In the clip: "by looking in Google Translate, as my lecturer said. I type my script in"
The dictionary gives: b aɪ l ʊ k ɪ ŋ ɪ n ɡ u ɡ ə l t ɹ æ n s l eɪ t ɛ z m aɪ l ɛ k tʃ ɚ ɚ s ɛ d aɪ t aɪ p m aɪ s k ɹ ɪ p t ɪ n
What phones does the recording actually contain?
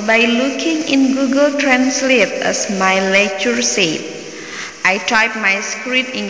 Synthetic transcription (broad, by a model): b aɪ l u k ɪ ŋ ɪ n ɡ u ɡ ə l t ɹ æ n s l eɪ t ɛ s m aɪ l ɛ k tʃ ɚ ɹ s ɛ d aɪ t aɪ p m aɪ s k ɹ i t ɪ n